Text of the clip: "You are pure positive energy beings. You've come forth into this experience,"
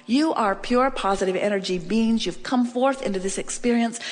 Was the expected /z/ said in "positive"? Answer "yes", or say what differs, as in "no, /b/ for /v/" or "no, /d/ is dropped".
yes